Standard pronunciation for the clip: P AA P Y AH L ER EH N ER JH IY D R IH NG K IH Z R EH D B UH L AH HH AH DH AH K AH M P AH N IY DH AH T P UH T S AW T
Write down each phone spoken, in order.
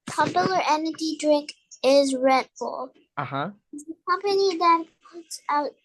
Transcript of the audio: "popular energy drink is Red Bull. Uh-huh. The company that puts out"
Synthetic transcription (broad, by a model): P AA P Y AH L ER EH N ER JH IY D R IH NG K IH Z R EH D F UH L AH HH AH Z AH K AH M P AH N IY DH AH T P UH T S AW T